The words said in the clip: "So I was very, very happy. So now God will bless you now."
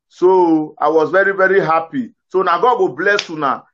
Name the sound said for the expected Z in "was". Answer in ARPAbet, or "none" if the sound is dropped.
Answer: Z